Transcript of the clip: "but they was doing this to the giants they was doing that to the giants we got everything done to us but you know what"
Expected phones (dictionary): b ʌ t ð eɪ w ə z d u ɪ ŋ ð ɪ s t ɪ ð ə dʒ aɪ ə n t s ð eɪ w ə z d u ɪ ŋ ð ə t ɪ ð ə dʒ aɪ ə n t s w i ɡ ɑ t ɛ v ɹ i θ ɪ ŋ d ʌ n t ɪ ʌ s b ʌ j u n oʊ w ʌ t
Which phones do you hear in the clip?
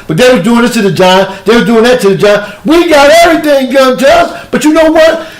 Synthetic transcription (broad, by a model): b ʌ t ð eɪ w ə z d u ɪ ŋ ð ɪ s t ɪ ð ə dʒ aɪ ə ð eɪ w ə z d u ɪ ŋ ð ə t ɪ ð ə dʒ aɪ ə w i ɡ ɑ t ɛ v ɹ i θ ɪ ŋ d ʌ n t ɪ ʌ s b ʌ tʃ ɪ n oʊ w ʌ t